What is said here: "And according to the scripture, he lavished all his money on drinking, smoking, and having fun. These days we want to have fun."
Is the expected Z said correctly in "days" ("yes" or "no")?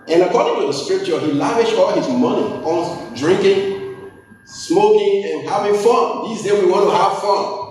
no